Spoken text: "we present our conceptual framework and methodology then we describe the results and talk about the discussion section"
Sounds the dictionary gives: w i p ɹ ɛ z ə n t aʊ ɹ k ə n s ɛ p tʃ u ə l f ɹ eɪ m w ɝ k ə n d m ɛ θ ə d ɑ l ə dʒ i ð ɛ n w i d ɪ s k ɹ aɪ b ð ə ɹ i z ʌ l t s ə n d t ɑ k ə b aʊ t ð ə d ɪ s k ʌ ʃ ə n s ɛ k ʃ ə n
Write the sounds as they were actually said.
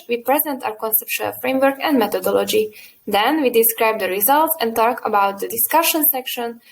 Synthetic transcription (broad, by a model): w i p ɹ ɛ z ə n t aʊ ɹ k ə n s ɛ p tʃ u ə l f ɹ eɪ m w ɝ k ə n d m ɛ t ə d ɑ l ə dʒ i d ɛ n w i d ɪ s k ɹ aɪ b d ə ɹ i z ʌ l t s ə n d t ɑ k ə b aʊ t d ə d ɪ s k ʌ ʃ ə n s ɛ k ʃ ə n